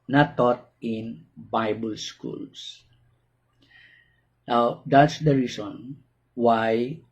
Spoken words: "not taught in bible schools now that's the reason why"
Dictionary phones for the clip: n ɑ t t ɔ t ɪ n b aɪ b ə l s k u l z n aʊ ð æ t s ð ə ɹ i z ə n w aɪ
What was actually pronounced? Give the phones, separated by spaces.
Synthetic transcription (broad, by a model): n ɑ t t ɔ t ɪ n b aɪ b ə l s k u l s n aʊ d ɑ t s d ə ɹ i s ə n w aɪ